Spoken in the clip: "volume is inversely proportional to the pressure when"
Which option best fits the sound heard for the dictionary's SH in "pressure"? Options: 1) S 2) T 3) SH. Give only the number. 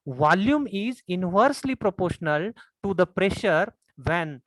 3